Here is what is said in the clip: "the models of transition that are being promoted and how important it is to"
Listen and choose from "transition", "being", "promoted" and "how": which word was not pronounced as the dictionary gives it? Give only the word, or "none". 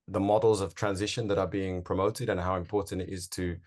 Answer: none